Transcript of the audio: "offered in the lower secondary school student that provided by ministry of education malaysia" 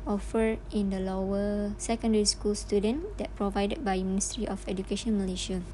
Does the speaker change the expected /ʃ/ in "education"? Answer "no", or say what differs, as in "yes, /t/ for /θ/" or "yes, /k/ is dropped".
no